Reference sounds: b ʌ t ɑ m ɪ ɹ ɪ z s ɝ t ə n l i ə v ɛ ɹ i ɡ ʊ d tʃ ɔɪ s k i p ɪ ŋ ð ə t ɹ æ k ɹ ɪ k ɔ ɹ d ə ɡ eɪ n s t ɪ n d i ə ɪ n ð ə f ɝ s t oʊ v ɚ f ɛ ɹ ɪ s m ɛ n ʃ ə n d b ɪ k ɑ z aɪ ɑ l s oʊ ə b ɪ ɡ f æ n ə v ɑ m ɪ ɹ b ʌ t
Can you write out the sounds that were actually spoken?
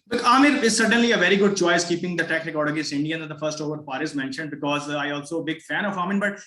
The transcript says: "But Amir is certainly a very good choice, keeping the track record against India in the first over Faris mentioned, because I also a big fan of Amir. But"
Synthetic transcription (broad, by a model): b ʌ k ɑ m ɪ ɹ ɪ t s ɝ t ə n l i ə v ɛ ɹ i ɡ ʊ d tʃ ɔɪ s k i p ɪ ŋ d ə t ɛ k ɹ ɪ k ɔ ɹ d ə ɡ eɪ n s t ɪ n d i ə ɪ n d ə f ɝ s t oʊ v ɚ p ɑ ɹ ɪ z m ɛ n ʃ ə n d b ɪ k ɑ z aɪ ɑ l s oʊ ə b ɪ ɡ f æ n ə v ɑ m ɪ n b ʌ t